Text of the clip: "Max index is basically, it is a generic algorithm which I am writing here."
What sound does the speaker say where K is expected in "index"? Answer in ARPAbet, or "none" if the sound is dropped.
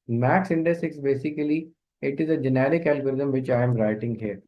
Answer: none